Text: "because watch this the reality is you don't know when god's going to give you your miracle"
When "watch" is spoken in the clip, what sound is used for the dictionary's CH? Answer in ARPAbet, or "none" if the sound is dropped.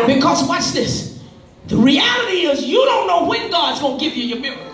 S